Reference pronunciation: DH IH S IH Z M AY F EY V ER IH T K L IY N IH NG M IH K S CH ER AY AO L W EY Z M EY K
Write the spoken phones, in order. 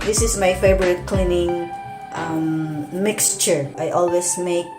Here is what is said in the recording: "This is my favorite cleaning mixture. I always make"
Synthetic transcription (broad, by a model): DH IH S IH S M AY F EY B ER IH T K L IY N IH NG M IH K S CH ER AY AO L W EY S M EY K